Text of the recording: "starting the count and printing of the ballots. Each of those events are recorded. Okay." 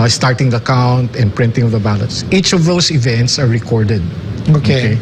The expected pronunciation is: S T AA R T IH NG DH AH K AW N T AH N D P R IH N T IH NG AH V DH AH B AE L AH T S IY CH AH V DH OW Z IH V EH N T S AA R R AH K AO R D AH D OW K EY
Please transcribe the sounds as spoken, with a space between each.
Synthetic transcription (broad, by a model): S T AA R T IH NG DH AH K AW N T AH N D P R IH N T IH NG AH V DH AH B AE L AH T S IY CH AH V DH OW S IH V EH N T S AA R R AH K AO R D AH D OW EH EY